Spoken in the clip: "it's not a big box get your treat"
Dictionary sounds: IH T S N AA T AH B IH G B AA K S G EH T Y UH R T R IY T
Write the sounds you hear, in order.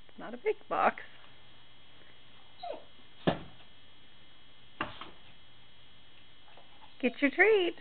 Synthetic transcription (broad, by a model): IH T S N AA T AH B IH G B AA K S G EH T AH R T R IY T